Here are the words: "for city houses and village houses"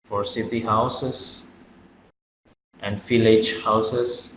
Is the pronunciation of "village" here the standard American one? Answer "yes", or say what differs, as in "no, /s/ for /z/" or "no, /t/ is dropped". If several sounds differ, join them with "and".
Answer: no, /f/ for /v/